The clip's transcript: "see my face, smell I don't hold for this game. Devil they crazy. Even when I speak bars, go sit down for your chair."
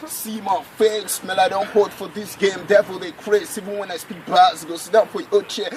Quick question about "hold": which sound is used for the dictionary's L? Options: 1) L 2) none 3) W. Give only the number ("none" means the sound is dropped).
2